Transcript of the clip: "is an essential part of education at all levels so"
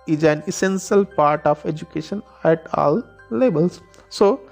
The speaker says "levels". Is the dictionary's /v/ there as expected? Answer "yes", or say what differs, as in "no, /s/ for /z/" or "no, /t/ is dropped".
no, /b/ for /v/